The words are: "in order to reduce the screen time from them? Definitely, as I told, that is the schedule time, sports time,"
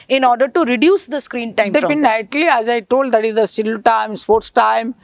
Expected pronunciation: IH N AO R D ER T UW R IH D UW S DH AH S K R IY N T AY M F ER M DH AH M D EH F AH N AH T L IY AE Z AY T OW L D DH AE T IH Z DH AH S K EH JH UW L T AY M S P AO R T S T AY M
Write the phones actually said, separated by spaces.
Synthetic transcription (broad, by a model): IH N AO R D ER T UW R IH D UW S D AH S K R IY N T AY M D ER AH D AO P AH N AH T L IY AE Z AY T OW L D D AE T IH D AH S IH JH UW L T AY M S P AO R T S T AY M